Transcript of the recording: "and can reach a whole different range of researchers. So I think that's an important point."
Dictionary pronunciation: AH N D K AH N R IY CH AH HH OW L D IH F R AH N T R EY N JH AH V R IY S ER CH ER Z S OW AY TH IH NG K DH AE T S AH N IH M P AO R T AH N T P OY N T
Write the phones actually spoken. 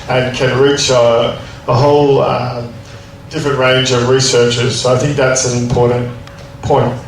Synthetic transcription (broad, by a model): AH N K AH N R IY CH AH HH OW L D IH F R AH N T R EY N JH AH V R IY S ER CH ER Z S OW AY TH IH NG K DH AE T S AH N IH M P AO R T N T P OY N T